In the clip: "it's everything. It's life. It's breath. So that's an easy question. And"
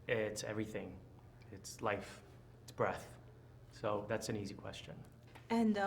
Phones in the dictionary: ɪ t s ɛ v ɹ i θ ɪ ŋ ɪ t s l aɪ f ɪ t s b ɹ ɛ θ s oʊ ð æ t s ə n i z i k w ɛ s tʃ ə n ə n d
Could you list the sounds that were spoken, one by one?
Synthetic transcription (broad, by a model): ɪ t s ɛ v ɹ i θ ɪ ŋ ɪ t s l aɪ f ɪ t s b ɹ ɛ θ s oʊ ð æ t s ə n i z i k w ɛ s tʃ ə n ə n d